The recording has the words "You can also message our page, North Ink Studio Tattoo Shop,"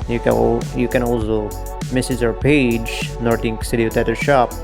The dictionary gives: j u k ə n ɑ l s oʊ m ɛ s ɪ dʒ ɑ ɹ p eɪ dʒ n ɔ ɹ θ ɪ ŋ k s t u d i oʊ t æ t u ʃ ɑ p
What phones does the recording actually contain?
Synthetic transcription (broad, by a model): j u k ə n ɑ l s oʊ m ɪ s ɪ z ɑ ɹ p eɪ dʒ n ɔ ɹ t ɪ ŋ k s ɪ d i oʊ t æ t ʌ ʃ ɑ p